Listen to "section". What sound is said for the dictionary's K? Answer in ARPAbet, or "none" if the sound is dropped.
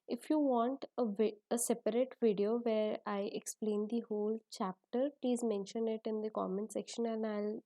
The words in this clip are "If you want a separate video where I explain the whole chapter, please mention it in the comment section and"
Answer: K